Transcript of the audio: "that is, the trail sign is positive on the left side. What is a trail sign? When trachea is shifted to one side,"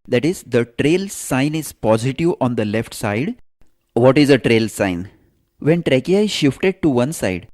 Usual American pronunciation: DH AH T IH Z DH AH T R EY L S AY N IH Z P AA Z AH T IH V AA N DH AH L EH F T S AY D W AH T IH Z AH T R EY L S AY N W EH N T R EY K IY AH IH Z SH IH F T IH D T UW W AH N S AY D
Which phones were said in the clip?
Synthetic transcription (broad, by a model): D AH T IH Z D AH T R EY L S AY N IH Z P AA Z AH T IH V AA N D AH L EH F T S AY D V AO T IH Z AH T R EY L S AY N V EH N T R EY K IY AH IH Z SH IH F T IH D T UW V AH N S AY D